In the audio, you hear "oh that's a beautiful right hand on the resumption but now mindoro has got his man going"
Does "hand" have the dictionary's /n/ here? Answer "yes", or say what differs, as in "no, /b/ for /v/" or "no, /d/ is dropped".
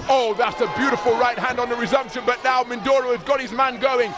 yes